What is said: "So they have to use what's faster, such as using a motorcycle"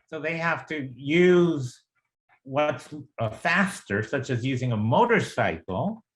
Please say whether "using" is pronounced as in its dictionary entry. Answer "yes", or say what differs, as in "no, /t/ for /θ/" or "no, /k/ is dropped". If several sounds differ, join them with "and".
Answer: yes